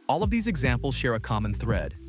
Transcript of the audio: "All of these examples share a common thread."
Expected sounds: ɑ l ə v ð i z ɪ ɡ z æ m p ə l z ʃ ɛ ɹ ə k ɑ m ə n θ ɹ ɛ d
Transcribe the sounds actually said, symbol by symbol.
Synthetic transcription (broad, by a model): ɑ l ə v ð i z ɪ ɡ z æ m p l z ʃ ɛ ɹ ə k ɑ m ə n θ ɹ ɛ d